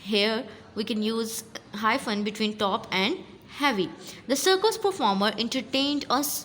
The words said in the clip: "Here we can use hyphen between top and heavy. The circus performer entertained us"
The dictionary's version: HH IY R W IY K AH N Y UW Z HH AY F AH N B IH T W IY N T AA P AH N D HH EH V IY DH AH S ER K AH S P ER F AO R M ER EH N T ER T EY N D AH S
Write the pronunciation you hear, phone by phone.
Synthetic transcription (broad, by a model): HH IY R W IY K AH N Y UW Z HH AY F AH N B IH T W IY N T AA P AH N D HH EH V IY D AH S ER K AH S P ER F AO R M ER EH N T ER T EY N D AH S